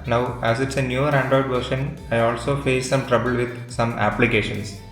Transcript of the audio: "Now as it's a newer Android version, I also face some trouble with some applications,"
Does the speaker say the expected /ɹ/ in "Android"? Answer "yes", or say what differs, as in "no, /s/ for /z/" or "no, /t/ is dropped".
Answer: no, /ɹ/ is dropped